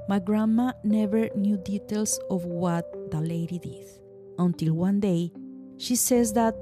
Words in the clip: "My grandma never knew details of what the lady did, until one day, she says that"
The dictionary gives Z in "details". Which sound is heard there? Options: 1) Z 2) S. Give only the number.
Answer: 2